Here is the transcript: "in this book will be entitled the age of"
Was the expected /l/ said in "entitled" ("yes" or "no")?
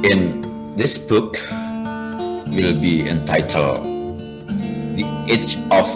yes